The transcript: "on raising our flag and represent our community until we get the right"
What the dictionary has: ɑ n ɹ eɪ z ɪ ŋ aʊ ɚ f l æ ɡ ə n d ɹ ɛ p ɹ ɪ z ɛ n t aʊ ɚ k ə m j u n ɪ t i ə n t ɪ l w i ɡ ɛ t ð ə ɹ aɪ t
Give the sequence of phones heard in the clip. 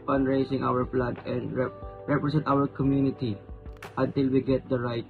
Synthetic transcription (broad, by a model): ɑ n ɹ eɪ s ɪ ŋ aʊ ɚ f l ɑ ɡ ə n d ɹ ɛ p ɹ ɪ s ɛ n t aʊ ɚ k ə m j u n ɪ t i ə n t ɪ l w i ɡ ɛ t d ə ɹ aɪ t